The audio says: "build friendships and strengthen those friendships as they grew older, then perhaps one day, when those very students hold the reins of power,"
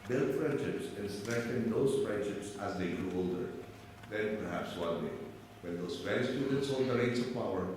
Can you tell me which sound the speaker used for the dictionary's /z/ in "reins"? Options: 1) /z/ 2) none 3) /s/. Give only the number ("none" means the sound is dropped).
3